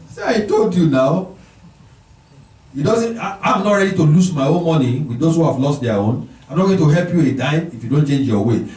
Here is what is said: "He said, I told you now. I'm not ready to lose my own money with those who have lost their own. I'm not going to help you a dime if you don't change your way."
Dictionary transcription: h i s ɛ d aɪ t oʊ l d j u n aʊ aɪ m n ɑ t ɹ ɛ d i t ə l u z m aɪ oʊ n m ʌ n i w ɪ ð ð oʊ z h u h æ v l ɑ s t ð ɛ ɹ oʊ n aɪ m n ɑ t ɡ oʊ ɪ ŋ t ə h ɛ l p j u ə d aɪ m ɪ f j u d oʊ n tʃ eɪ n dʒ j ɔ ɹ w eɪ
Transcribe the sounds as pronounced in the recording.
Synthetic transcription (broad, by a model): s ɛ aɪ t oʊ l d j u n aʊ aɪ m n ɑ t ɹ ɛ d i t ə l u s m aɪ oʊ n m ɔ n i w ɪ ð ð oʊ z h u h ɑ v l ɑ s t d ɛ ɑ oʊ n aɪ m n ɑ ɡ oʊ t ə h ɛ l p j u ə d aɪ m ɪ f j u d oʊ n tʃ eɪ n dʒ j ɔ w eɪ